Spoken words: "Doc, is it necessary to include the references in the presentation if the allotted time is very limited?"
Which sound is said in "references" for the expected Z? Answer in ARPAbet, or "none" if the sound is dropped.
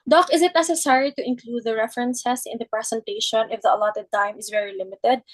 S